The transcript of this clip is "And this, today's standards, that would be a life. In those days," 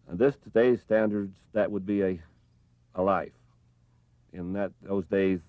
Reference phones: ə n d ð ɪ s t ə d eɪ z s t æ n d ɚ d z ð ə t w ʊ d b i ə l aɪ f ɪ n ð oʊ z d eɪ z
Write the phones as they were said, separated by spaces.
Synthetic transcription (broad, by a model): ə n ð ɪ s t ə d eɪ z s t æ n d ɚ d z ð ə t w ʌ d b i ə l aɪ f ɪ n ð oʊ z d eɪ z